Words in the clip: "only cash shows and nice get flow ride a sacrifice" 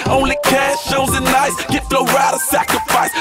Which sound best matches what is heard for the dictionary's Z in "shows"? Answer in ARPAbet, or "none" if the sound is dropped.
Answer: none